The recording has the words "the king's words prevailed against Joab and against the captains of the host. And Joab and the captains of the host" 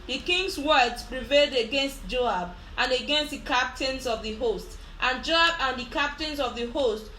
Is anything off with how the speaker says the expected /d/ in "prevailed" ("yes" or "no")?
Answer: no